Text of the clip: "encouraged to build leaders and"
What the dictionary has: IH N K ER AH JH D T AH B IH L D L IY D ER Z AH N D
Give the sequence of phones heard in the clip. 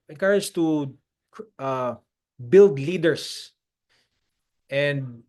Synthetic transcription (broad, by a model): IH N K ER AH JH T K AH B IH L D L IY D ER S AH N D